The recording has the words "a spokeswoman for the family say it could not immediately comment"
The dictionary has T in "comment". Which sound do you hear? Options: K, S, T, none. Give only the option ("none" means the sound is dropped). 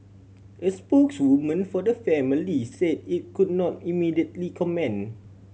none